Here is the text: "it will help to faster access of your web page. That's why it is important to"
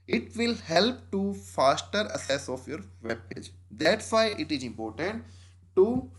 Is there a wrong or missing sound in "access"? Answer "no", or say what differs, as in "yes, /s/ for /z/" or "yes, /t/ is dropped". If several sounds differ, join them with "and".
yes, /k/ is dropped